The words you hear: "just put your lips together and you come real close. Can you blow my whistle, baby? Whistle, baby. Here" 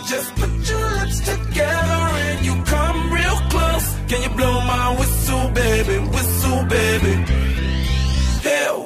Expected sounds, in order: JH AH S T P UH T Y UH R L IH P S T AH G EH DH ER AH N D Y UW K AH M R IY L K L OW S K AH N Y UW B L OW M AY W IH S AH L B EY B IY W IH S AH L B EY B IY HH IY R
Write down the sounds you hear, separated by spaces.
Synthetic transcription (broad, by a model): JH AH S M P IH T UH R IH S T AH G EH DH ER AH N Y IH K AH M R IY L K L OW S K AH N Y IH B L OW M AY W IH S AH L B EY B IY W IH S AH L B EY B IY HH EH